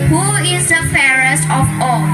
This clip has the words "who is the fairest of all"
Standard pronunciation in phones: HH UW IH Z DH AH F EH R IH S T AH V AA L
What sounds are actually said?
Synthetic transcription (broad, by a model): HH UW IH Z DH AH F EH R IH S T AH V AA